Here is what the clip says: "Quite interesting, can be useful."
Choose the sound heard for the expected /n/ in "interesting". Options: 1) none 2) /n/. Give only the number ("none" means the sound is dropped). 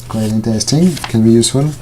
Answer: 2